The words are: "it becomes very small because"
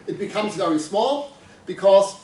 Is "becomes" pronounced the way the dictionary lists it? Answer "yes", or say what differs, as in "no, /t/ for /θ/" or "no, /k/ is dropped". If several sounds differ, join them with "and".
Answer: yes